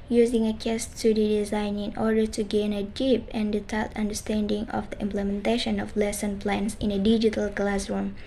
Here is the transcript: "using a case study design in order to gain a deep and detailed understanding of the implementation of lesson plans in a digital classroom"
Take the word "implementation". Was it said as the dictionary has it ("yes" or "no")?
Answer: yes